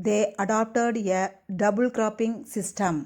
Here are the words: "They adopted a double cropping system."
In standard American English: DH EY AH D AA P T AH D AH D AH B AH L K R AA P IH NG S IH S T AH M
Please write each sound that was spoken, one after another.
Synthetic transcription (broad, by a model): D EY AH D AA P T AH D AH D AH B AH L K R AA P IH NG S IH S T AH M